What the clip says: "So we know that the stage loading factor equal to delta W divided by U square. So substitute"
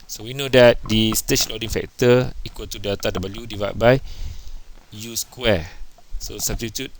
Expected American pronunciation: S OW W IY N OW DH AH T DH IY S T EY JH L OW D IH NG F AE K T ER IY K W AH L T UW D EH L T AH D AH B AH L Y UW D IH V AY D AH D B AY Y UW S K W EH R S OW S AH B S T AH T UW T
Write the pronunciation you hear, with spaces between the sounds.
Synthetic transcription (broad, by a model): S OW W IY N OW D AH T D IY S T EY CH L OW D IH NG F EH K T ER IY K W AH L T UW D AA T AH D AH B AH L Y UW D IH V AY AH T B AY Y UW S K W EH S OW S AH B S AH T UW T